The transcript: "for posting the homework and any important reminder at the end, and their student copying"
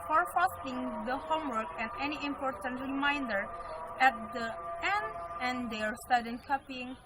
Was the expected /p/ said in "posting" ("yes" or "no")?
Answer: no